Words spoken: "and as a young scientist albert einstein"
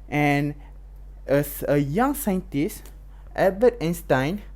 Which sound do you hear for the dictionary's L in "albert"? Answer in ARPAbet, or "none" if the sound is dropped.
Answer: none